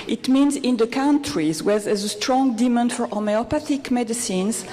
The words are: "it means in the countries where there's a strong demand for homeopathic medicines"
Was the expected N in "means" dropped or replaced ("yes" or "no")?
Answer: no